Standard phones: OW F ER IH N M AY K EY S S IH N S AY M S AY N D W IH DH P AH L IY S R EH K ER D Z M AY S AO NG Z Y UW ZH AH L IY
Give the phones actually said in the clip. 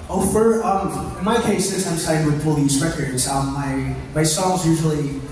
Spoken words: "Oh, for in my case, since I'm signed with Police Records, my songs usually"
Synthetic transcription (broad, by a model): OW F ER IH N M AY K EY S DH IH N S AY M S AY D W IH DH F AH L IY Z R EH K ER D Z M AY S AO NG Z Y UW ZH L IY